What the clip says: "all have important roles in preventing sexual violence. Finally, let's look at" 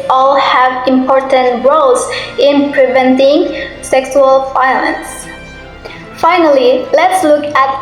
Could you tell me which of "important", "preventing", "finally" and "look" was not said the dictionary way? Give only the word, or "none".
none